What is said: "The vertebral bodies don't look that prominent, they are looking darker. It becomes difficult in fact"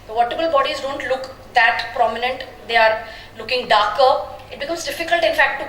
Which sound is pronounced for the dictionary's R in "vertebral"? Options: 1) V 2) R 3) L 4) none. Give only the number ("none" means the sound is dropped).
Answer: 4